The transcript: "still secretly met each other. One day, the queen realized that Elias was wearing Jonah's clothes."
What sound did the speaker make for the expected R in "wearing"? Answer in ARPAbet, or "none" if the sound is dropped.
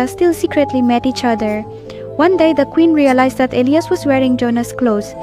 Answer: R